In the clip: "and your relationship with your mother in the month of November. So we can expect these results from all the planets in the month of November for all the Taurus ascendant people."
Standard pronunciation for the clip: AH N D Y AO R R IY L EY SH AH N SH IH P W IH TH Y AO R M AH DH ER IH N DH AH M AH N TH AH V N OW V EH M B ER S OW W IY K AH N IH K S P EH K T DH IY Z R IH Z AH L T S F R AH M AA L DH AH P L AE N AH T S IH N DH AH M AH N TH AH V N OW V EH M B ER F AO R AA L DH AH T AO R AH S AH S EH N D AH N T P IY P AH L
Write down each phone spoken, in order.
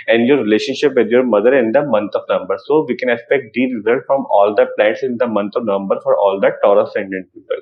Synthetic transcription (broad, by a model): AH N D Y AO R R IY L EY SH AH N SH IH P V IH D Y AO R M AH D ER IH N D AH M AH N T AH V N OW M B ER S OW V IY K AH N IH K S P EH K T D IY R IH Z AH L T F R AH M AA L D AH P L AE N T S IH N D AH M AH N T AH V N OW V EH M B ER F AO R AA L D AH T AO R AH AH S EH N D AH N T P IY P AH L